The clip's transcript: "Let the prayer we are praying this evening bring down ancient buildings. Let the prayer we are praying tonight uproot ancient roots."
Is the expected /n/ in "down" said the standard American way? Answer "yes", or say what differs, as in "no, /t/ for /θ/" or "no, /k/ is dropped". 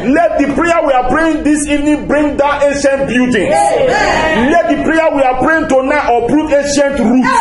no, /n/ is dropped